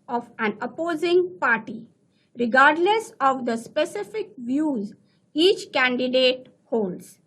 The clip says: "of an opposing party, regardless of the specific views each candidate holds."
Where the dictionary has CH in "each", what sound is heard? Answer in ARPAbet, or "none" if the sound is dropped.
CH